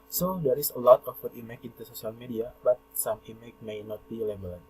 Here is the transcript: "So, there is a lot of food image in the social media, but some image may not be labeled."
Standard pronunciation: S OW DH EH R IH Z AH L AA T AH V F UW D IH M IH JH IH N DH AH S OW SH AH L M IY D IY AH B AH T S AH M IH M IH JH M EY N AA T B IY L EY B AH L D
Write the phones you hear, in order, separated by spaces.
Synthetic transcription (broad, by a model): S OW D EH R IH S AH L AA T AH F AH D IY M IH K IH N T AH S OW S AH L M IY D IY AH B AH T S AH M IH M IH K M EY N AA T B IY L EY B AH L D